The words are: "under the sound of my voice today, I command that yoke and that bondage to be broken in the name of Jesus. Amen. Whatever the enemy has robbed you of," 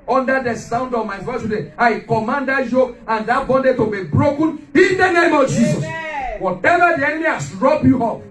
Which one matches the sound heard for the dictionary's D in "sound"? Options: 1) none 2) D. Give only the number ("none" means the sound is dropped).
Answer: 2